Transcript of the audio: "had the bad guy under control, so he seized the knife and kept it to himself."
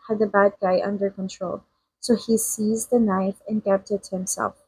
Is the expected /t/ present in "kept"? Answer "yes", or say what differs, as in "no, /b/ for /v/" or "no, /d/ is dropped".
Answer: yes